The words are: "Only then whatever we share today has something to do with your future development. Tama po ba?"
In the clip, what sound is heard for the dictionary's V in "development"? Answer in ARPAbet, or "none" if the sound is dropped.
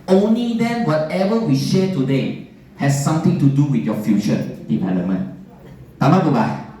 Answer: none